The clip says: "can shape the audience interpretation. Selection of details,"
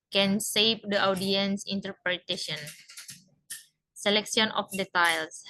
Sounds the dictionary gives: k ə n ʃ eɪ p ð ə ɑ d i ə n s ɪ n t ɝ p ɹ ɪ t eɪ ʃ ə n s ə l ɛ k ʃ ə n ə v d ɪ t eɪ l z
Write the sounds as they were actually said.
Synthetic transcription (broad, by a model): k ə n s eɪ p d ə ɑ d i ə n s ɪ n t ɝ p ɹ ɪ t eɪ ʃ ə n s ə l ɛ k s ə n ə f d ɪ t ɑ l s